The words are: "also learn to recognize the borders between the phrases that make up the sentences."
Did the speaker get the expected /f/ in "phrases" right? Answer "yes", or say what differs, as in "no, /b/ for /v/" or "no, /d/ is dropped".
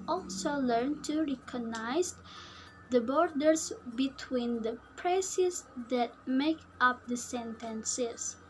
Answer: no, /p/ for /f/